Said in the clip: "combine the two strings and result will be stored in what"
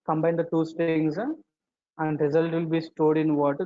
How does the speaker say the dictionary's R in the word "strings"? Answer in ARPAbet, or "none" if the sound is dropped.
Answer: none